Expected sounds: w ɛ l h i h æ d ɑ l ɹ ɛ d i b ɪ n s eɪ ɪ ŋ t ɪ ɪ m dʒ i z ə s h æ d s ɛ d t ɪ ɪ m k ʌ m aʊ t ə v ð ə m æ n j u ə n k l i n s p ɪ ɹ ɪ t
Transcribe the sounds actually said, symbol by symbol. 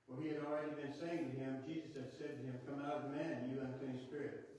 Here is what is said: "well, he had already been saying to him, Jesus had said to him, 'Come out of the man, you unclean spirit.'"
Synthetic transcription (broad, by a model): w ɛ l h i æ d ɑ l ɹ ɛ d i b ɪ n s eɪ ɪ ŋ t ɪ ɪ m dʒ i z ə s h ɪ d s ɛ d t ɪ ɪ m k ʌ m aʊ t ə v m æ n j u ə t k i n s p ɪ ɹ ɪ t